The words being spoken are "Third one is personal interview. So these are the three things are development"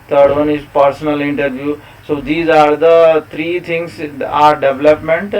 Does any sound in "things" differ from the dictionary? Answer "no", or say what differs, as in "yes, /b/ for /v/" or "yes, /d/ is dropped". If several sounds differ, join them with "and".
yes, /t/ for /θ/